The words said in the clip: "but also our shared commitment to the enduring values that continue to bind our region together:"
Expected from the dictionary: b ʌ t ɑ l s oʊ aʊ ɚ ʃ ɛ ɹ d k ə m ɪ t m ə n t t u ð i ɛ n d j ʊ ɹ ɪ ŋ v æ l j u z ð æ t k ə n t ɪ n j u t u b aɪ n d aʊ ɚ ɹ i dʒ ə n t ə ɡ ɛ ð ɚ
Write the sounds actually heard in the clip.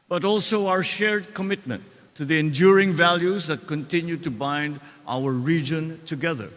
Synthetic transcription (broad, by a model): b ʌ t ɑ l s oʊ aʊ ɚ ʃ ɛ ɹ d k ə m ɪ t m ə n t t u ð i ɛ n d j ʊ ɹ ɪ ŋ v æ l j u z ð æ t k ə n t ɪ n j u t u b aɪ n d aʊ ɚ ɹ i dʒ ə n t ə ɡ ɛ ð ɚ